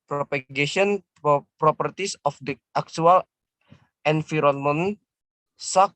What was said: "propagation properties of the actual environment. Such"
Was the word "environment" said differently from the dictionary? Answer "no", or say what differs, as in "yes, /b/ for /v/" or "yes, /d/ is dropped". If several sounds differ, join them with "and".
yes, /f/ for /v/